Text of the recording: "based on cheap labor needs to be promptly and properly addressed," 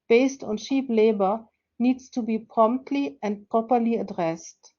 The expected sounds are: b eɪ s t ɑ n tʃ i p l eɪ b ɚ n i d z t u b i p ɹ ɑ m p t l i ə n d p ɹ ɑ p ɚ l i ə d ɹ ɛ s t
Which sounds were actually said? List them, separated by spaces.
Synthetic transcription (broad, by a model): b eɪ s t ɑ n ʃ i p l eɪ b ɚ n i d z t u b i p ɹ ɑ m p t l i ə n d p ɹ ɑ p ɚ l i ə d ɹ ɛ s t